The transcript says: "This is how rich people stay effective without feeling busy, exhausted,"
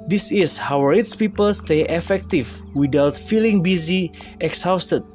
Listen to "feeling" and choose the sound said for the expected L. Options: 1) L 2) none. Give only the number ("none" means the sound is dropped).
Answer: 1